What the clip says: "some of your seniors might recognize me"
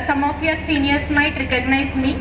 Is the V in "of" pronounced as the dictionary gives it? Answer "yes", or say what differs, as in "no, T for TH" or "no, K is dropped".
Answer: no, P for V